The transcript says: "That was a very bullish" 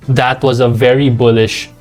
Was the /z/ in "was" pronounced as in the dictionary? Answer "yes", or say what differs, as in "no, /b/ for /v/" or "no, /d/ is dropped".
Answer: yes